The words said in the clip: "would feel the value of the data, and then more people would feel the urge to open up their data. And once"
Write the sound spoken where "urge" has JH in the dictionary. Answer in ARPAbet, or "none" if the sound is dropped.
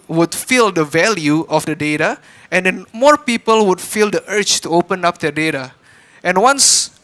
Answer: CH